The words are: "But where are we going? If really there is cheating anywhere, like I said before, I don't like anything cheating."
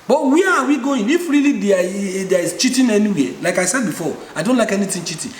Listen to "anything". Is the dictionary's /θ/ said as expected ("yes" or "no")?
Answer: no